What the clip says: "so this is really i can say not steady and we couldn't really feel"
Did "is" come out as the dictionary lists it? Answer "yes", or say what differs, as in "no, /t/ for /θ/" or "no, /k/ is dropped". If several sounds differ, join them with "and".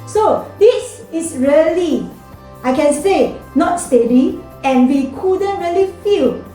no, /s/ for /z/